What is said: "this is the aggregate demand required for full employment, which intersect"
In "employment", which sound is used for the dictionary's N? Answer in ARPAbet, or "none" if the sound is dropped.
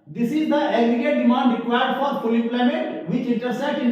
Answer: none